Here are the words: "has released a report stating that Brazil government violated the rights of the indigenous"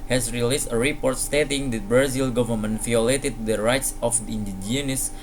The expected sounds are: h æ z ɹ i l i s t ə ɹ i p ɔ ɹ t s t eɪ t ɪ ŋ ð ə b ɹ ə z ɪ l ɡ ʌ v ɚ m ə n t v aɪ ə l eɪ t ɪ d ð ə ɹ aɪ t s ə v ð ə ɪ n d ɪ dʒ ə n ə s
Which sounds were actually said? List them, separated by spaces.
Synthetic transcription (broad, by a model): h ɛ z ɹ i l i s t ə ɹ i p ɔ ɹ t s t eɪ t ɪ ŋ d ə b ɹ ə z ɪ l ɡ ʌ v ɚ m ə n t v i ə l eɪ t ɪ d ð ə ɹ aɪ t s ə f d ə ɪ n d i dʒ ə n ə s